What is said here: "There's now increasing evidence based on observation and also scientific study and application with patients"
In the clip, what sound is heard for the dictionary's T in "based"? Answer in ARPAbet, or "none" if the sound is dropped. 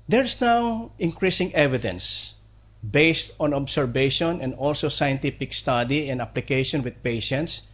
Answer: T